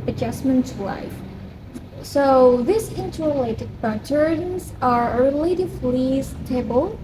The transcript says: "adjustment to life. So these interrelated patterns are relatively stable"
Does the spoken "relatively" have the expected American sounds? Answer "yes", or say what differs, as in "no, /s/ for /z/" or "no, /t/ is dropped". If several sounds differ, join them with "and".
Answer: no, /f/ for /v/